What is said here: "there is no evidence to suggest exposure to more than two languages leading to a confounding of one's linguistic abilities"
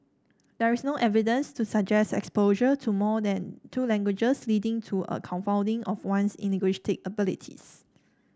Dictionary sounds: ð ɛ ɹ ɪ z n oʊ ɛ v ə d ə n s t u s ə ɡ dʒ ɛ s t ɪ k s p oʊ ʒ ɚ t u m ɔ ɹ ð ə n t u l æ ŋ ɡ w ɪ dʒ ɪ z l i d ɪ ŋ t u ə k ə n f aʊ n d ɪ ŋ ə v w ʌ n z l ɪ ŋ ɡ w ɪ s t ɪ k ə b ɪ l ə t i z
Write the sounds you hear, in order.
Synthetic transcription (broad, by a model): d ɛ ɹ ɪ s n oʊ ɛ v ə d ə n s t u s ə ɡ dʒ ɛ s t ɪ k s p oʊ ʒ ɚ t u m ɔ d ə n t u l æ ŋ ɡ w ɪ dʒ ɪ s l i d ɪ ŋ t u ə k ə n f aʊ n d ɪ ŋ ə f w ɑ n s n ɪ ɡ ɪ ʃ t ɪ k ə b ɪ l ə t i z